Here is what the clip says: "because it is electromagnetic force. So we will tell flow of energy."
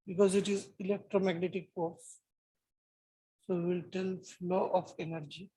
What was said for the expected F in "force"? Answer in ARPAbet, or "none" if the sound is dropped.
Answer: P